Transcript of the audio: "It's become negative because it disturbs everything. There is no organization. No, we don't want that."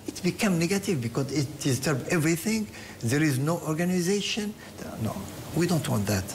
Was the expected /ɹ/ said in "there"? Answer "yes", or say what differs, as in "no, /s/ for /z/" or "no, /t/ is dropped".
yes